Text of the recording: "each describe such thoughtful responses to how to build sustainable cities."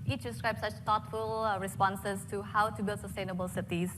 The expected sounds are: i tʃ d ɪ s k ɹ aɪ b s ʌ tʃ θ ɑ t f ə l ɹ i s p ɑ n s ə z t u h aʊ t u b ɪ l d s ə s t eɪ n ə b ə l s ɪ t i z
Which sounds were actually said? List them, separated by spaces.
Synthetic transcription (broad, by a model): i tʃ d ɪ s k ɹ aɪ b s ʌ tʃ t ɑ t f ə l ɹ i s p ɑ n s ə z t u h aʊ t u b ɪ l d s ə s t eɪ n ə b ə l s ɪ t i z